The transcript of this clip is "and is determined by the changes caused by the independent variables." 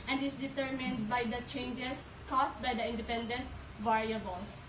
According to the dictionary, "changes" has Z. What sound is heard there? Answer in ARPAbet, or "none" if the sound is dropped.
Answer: S